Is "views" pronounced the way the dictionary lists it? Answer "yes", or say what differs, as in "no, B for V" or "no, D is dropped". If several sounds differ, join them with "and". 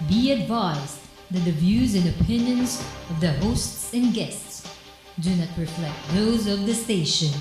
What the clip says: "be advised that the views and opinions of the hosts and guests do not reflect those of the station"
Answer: yes